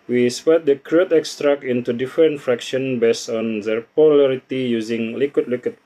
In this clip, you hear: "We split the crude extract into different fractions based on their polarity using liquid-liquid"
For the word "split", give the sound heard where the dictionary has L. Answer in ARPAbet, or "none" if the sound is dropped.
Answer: none